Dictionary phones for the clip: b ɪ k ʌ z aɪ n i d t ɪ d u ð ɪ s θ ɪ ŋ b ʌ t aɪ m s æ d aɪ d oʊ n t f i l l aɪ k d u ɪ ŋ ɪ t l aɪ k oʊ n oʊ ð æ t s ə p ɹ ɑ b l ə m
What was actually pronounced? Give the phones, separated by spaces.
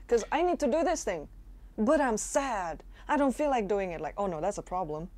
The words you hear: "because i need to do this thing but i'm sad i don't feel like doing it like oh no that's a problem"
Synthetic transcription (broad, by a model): k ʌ z aɪ n i d t ɪ d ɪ ð ɪ s θ ɪ ŋ b ʌ t aɪ m s æ d aɪ d oʊ n t f i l l aɪ k d u ɪ ŋ ɪ t l aɪ k oʊ n oʊ ð æ t s ə p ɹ ɑ b l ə m